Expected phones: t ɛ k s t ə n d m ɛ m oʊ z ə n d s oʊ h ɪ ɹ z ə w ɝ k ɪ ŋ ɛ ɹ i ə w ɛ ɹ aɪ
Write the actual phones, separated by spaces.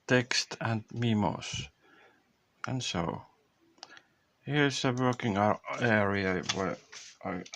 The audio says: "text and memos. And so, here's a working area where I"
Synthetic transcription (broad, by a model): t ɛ k s t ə n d m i m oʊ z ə n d s oʊ h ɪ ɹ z ə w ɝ k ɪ ŋ ɛ ɹ i ə w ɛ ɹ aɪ